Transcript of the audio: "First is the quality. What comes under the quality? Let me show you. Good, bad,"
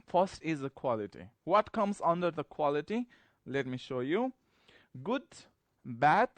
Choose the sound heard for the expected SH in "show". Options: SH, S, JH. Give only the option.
SH